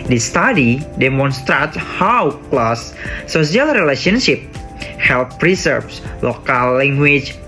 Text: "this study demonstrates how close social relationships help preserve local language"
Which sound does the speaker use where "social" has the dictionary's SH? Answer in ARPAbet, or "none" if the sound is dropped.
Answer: none